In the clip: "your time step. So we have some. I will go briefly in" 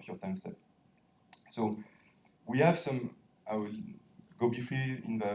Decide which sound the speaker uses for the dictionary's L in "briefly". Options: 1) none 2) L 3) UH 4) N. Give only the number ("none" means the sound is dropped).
1